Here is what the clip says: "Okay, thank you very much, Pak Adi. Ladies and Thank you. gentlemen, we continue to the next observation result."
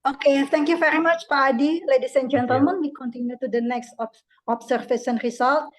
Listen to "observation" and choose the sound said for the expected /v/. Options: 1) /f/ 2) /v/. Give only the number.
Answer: 1